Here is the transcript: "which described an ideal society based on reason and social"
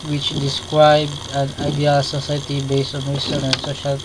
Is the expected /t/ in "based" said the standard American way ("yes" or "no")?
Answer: yes